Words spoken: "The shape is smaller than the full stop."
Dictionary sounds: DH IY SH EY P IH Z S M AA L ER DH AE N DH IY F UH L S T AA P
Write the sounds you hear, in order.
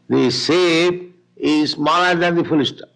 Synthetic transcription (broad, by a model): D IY S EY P IH Z S M AA L ER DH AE N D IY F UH L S T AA